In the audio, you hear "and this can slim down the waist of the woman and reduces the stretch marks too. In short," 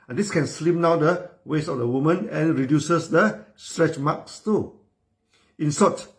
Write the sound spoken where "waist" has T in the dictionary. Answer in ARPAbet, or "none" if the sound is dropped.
none